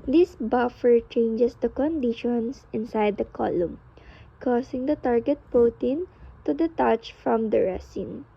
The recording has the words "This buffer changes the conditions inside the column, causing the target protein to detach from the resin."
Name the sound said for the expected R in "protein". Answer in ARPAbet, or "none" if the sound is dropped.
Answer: none